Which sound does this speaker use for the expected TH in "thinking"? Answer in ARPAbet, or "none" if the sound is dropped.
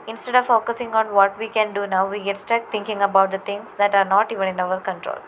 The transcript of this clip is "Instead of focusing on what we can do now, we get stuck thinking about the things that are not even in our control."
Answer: T